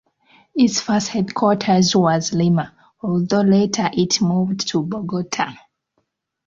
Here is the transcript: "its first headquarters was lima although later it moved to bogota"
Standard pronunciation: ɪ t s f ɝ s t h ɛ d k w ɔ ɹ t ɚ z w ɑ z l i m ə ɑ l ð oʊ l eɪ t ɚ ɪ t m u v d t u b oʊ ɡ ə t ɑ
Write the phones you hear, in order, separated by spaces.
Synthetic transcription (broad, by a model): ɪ t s f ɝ s t h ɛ d k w ɔ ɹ t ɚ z w ɑ z l i m ə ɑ l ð oʊ l eɪ t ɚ ɪ t m u v d t u b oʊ ɡ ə t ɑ